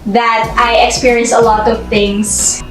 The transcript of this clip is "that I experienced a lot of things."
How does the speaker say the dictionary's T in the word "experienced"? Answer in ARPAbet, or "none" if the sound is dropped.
none